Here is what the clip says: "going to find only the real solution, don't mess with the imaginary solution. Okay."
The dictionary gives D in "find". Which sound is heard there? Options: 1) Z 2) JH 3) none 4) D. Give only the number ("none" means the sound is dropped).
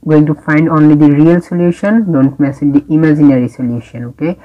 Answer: 4